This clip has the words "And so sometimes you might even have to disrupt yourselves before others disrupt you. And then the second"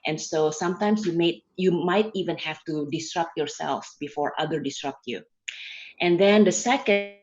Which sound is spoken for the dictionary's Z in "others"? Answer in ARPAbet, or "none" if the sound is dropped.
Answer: none